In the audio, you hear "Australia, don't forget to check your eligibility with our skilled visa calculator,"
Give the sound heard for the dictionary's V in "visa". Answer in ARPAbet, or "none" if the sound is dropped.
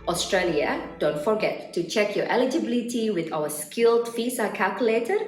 F